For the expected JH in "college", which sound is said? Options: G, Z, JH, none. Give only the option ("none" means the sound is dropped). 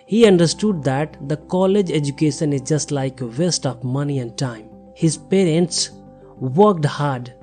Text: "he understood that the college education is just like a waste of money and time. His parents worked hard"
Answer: JH